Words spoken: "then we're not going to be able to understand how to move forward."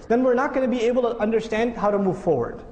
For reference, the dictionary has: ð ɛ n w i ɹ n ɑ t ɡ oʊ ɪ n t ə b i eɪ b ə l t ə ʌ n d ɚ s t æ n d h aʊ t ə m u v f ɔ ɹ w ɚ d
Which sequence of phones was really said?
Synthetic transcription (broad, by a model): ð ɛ n w i ɹ n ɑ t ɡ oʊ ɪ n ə b i eɪ b ə l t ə ʌ n d ɚ s t æ n d h aʊ t ə m u v f ɔ ɹ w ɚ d